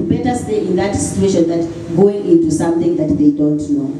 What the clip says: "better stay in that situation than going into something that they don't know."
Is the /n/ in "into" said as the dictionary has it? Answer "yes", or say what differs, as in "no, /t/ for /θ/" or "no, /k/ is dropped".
yes